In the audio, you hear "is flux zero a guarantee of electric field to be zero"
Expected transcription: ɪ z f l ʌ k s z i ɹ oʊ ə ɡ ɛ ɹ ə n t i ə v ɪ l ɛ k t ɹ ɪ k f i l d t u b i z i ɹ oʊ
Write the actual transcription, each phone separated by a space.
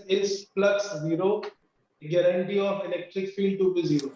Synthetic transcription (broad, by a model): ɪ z p l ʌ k s z i ɹ oʊ ɡ ɛ ɹ ə n t i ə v ɪ l ɛ k t ɹ ɪ k f i l d t u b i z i ɹ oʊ